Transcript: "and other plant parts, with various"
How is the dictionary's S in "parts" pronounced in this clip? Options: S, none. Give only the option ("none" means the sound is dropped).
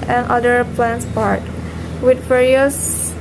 none